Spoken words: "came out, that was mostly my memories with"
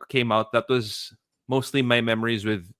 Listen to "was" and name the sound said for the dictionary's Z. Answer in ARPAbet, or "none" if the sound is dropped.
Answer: Z